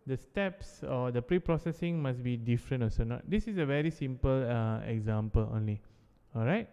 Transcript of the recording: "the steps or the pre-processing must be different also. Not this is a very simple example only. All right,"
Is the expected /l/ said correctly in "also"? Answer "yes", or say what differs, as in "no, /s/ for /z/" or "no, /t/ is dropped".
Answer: no, /l/ is dropped